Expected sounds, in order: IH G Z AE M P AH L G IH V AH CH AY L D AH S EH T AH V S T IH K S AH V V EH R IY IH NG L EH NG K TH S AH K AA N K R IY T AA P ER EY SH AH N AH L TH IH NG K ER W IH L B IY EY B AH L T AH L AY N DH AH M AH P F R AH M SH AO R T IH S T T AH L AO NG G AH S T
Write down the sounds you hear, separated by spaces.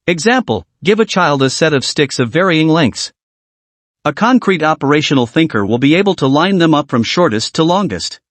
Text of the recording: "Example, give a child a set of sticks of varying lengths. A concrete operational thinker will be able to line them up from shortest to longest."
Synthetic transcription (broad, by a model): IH G Z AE M P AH L G IH V AH CH AY L D AH S EH T AH V S T IH K S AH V V EH R IY IH NG L EH NG K TH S AH K AA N K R IY T AA P ER EY SH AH N L TH IH NG K ER W IH L B IY EY B L T AH L AY N DH AH M AH P F R AH M SH AO R T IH S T T AH L AO NG G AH S T